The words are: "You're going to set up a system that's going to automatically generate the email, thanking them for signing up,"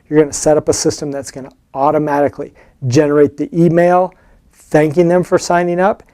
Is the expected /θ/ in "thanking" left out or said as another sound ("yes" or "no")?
no